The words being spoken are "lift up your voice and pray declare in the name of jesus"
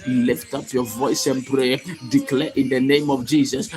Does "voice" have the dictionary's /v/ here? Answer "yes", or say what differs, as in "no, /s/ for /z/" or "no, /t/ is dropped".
yes